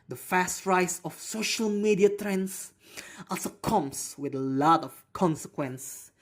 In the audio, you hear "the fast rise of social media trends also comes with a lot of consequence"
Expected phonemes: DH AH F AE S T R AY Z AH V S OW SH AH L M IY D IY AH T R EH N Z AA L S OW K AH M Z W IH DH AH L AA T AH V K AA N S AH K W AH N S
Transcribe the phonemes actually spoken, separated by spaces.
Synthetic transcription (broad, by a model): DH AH F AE S T R AY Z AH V S OW SH AH L M IY D IY AH T R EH N S AA L S OW K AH M S W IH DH AH L AA T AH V K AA N S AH K W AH N S